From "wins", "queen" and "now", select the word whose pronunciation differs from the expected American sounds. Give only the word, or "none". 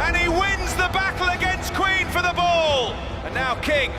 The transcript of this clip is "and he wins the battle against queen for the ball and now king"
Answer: none